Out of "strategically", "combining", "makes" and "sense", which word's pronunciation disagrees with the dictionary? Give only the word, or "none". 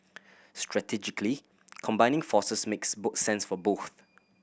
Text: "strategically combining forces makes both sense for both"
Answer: none